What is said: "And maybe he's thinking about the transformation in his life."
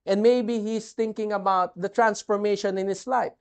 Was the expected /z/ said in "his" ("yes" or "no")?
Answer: no